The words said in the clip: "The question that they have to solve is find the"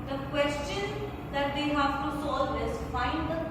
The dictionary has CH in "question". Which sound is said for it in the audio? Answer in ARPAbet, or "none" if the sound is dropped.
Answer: CH